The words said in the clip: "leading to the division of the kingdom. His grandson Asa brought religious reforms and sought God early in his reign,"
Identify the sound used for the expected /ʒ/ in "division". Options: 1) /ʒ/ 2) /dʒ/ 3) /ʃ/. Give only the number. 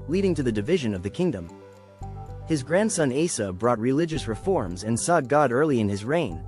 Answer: 1